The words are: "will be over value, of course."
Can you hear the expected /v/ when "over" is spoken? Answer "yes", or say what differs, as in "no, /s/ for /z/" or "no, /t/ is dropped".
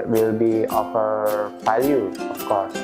no, /f/ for /v/